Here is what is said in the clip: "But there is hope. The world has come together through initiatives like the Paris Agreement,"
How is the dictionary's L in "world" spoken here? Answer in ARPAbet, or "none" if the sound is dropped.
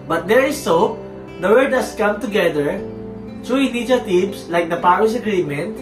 none